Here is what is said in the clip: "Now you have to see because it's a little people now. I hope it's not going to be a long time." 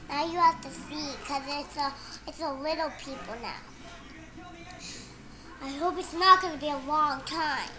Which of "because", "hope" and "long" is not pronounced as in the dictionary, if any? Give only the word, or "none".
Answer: because